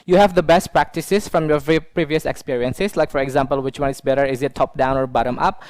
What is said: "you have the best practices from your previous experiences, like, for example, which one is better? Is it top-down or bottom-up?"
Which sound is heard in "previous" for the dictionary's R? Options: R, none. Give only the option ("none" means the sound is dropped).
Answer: R